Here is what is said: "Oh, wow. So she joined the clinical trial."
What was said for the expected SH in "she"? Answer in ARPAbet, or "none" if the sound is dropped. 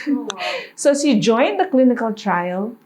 S